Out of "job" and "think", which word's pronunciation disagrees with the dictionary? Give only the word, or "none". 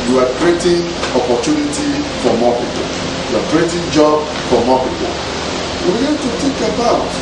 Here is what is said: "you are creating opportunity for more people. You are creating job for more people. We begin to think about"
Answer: think